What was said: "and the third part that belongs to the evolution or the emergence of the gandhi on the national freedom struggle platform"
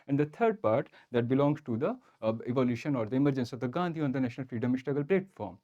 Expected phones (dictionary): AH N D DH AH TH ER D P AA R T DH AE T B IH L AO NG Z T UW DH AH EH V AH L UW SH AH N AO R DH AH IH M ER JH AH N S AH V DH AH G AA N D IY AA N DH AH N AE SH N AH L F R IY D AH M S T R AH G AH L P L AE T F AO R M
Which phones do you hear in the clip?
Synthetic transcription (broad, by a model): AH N D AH T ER D P AA R T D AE T B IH L AO NG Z T UW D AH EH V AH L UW SH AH N AO R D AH IH M ER JH AH N S AH V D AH G AA N D IY AA N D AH N AE SH N AH L F R IY D AH M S T AH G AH L P L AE T F AO R M